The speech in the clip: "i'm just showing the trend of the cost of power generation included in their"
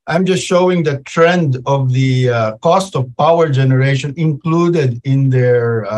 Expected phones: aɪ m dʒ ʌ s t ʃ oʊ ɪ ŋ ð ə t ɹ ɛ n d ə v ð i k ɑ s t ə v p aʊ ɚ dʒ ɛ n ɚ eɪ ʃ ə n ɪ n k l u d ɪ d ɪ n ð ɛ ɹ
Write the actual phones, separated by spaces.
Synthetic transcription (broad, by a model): aɪ m dʒ ʌ s t ʃ oʊ ɪ ŋ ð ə t ɹ ɛ n d ə v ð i k ɑ s t ə v p aʊ ɚ dʒ ɛ n ɚ eɪ ʃ ə n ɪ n k l u d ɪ d ɪ n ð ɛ ɹ